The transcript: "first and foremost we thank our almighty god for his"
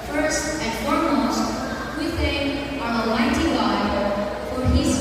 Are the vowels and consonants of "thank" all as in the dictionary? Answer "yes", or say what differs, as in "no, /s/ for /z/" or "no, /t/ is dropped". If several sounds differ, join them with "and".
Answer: no, /k/ is dropped